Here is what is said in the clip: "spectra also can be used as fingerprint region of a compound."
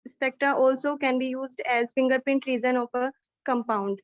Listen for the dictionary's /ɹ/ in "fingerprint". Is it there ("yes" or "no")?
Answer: yes